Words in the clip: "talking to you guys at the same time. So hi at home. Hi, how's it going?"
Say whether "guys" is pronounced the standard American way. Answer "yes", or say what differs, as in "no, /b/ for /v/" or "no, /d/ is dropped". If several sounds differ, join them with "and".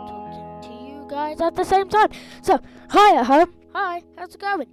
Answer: yes